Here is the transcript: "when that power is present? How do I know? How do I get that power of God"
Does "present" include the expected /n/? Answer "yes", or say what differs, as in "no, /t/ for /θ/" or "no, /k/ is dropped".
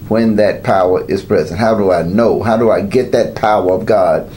yes